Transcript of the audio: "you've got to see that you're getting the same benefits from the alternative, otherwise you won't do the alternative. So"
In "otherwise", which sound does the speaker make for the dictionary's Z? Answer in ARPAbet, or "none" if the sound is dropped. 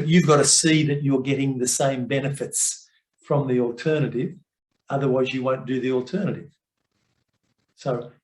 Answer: Z